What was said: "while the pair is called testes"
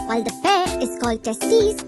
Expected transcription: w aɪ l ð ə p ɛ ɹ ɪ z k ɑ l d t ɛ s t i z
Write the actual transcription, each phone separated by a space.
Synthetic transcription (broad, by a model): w aɪ l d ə f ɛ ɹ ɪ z k ɑ l d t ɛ s t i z